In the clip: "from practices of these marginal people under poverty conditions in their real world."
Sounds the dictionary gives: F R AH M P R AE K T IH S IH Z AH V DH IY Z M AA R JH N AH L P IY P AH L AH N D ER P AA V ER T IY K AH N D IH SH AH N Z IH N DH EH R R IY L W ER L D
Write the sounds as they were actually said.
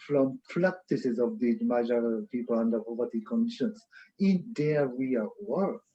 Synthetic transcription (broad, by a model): F R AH M P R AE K T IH S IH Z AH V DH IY M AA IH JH AH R P IY P AH L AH N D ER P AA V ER T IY K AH N D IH SH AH N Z IH N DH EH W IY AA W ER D